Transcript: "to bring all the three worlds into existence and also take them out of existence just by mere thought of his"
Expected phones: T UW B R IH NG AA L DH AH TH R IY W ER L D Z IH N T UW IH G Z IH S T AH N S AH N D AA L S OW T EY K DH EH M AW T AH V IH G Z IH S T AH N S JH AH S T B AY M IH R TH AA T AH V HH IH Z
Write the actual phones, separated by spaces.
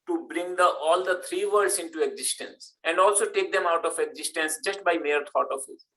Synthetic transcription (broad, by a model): T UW B R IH NG AA L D AH T R IY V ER D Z IH N T UW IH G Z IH S T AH N S AH N D AA L S OW T EY K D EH M AW T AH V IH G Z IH S T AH N S JH AH S T B AY M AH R T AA T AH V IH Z